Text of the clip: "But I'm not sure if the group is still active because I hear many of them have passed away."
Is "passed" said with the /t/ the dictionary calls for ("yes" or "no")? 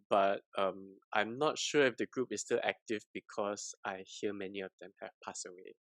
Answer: no